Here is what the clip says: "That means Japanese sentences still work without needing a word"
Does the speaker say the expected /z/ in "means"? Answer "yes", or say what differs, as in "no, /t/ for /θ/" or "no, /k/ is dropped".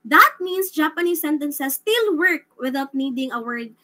no, /s/ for /z/